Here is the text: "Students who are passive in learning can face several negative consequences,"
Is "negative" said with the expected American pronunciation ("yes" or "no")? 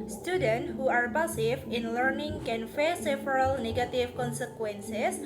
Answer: no